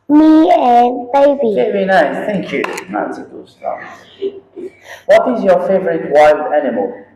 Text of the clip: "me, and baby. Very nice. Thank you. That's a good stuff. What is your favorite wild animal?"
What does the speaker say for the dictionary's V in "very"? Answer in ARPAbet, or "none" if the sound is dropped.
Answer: B